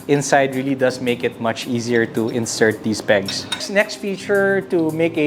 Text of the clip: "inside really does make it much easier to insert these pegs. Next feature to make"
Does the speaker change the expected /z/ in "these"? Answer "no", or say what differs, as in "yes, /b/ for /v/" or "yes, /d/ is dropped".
yes, /s/ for /z/